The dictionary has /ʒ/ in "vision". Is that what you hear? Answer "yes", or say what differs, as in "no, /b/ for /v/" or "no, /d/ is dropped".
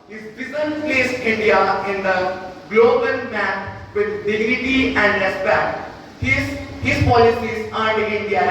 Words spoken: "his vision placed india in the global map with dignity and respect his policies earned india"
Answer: no, /z/ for /ʒ/